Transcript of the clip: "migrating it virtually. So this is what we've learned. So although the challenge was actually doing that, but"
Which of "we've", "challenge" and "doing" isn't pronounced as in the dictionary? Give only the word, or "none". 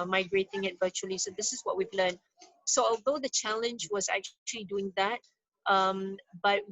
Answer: none